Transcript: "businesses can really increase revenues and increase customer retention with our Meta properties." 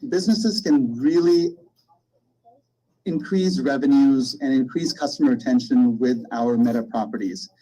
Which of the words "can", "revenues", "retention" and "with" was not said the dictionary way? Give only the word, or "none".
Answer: none